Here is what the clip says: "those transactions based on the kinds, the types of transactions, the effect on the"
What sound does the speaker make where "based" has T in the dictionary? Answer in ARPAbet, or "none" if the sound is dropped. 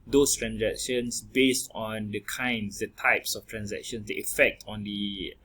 T